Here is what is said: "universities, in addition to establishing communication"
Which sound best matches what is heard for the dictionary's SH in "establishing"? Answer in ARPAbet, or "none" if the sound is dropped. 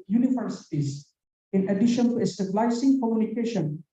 S